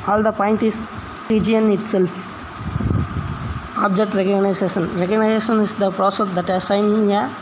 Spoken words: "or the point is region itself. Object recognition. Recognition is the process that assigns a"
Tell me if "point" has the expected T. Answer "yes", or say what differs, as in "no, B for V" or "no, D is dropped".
yes